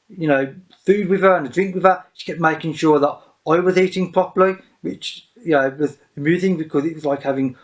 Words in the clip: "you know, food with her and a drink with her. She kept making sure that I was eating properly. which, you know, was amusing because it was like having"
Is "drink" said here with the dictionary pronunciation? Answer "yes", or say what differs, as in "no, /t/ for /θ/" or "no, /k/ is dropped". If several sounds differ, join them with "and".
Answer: yes